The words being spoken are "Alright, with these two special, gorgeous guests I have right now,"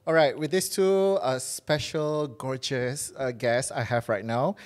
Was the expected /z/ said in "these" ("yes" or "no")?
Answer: no